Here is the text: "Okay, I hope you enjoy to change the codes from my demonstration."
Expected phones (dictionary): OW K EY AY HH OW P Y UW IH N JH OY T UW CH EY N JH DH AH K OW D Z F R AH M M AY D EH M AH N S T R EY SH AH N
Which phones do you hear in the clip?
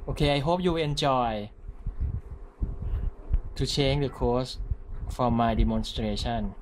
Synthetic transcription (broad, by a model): OW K EY AY HH OW P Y UW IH N CH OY T UW CH EY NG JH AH K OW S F R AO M M AY D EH M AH N S T R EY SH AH N